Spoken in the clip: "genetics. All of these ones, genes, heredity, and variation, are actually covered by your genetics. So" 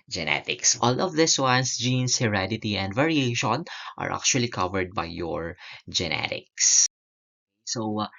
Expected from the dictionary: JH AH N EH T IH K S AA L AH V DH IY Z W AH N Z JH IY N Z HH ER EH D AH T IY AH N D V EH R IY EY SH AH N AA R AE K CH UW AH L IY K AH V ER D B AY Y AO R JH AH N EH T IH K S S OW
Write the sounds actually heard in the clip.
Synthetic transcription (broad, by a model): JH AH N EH T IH K S AA L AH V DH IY S W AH N S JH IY N S HH ER EH D AH T IY AH N D V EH R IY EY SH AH N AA R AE K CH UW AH L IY K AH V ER D B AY Y AO R JH AH N EH T IH K S S OW